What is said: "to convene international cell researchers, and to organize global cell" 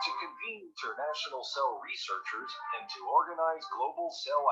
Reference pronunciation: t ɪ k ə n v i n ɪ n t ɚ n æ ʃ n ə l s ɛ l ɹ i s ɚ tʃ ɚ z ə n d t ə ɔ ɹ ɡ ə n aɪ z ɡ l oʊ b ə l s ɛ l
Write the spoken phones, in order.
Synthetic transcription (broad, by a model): t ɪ k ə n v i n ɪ n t ɚ n æ ʃ n l s ɛ l ɹ i s ɚ tʃ ɚ z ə n t ə ɔ ɹ ɡ ə n aɪ z ɡ l oʊ b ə l s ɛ l